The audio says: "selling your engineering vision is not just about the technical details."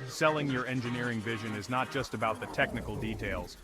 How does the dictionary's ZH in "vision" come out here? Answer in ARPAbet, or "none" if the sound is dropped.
ZH